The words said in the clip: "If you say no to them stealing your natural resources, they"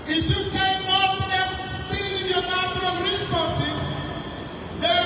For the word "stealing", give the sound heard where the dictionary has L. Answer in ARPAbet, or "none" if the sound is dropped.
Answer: none